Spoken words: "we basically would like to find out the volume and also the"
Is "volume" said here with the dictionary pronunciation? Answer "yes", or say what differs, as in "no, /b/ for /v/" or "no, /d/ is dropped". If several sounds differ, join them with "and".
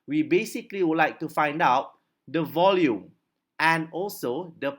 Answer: yes